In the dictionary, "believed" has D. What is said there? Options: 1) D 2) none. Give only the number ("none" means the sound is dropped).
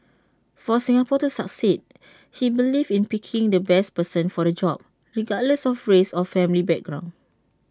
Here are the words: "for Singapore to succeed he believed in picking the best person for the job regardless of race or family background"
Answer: 2